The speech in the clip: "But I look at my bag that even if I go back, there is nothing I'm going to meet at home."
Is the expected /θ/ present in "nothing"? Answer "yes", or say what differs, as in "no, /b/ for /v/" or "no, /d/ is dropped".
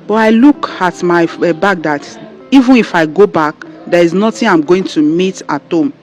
no, /t/ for /θ/